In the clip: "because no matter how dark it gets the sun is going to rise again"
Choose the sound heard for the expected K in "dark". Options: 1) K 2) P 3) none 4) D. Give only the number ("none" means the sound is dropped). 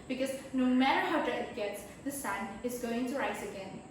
3